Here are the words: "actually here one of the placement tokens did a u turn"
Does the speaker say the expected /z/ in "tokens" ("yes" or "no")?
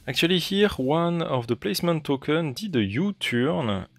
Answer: no